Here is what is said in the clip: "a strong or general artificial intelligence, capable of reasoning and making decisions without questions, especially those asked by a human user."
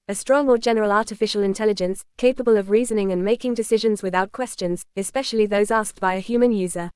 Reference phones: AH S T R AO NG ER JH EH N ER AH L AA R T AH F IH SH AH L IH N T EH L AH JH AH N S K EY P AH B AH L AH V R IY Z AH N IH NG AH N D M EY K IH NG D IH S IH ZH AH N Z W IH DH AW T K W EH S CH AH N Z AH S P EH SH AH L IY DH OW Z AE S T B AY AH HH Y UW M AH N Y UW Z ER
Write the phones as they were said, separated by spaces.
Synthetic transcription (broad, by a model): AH S T R AO NG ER JH EH N ER AH L AA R T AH F IH SH AH L IH N T EH L AH JH AH N S K EY P AH B AH L AH V R IY Z AH N IH NG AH N M EY K IH NG D IH S IH ZH AH N Z W IH DH AW T K W EH S CH AH N Z AH S P EH SH AH L IY DH OW Z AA S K B AY AH HH Y UW M AH N Y UW Z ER